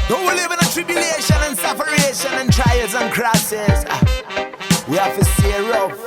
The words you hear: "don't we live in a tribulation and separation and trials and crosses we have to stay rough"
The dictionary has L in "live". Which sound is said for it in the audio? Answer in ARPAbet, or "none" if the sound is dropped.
L